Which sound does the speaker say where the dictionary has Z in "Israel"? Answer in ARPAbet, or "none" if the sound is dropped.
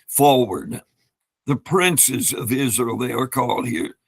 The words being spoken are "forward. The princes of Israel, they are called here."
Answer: Z